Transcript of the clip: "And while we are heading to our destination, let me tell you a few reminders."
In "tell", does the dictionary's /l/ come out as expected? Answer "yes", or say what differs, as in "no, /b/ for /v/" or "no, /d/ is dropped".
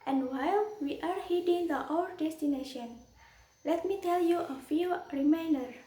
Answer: yes